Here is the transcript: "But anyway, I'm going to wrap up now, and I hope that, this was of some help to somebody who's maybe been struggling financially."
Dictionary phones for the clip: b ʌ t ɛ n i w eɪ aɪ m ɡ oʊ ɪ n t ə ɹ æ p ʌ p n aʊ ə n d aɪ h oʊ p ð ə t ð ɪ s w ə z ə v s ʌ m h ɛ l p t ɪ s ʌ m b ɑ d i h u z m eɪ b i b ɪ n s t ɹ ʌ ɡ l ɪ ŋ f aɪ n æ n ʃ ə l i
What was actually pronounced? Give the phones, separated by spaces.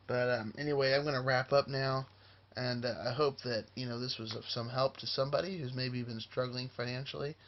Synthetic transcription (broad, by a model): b ʌ t ɛ n i w eɪ aɪ m ɡ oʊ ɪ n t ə ɹ æ p ʌ p n aʊ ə n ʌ aɪ h oʊ p ð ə t ð ɪ s w ə z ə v s ʌ m h ɛ l p t ɪ s ʌ m b ɑ d i h u z m eɪ b i b ɪ n s t ɹ ʌ ɡ l ɪ ŋ f aɪ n æ n ʃ l i